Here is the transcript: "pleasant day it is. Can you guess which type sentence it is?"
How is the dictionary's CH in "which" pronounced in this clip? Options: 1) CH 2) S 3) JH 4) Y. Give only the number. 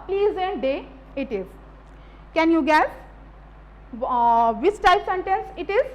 2